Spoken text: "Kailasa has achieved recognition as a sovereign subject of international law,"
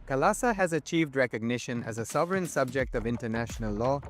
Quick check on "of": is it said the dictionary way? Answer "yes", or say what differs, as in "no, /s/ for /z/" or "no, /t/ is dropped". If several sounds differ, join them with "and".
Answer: yes